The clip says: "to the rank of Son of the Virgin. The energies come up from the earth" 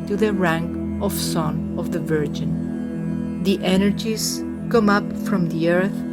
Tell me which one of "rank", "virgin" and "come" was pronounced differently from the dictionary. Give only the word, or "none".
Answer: none